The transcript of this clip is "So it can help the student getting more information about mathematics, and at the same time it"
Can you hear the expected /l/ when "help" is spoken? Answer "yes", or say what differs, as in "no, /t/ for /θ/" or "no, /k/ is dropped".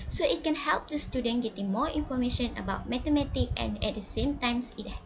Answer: yes